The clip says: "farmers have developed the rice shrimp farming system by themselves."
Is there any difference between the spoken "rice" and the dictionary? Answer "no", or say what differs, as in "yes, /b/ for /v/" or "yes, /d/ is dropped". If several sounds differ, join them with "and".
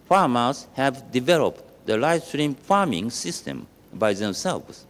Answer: yes, /l/ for /ɹ/